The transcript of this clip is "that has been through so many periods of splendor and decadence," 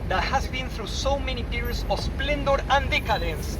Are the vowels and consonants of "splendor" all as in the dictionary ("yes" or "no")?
yes